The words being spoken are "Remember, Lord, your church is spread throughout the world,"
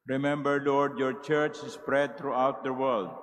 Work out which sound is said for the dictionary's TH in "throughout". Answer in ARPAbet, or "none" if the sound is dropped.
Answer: T